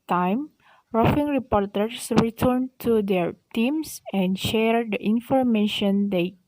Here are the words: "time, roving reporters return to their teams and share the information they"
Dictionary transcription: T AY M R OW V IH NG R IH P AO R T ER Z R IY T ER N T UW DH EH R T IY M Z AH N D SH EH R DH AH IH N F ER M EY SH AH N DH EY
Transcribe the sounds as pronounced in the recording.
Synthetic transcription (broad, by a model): T AY M R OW F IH NG R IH P AO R T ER S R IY T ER N T UW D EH R T IY M S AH N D SH EH R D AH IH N F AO M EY SH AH N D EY